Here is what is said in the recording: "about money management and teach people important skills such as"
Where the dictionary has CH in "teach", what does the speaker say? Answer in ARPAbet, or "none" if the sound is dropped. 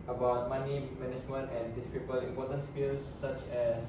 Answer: S